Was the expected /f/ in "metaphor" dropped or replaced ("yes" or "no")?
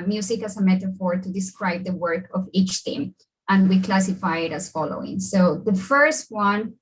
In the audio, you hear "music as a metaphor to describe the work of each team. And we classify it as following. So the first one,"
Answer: no